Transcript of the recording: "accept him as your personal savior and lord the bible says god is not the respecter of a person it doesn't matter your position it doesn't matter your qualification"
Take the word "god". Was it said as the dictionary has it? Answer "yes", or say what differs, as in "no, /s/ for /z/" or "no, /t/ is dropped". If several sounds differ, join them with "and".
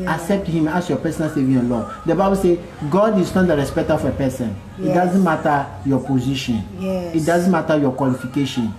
yes